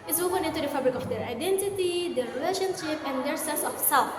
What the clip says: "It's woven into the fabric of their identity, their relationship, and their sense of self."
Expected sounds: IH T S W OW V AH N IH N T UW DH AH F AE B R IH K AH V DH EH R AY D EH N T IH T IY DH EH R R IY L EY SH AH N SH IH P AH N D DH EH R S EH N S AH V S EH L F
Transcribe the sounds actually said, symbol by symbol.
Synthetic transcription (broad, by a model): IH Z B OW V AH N IH N T UW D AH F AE B R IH K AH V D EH R AY D EH N T IH T IY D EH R R IY L EY SH AH N SH IH P AH N D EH R S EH S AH F S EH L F